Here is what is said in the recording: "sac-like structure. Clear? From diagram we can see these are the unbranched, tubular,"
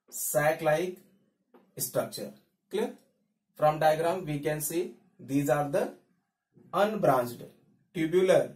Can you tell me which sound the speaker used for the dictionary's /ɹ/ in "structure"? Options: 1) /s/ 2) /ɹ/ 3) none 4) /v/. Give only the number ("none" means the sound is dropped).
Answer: 2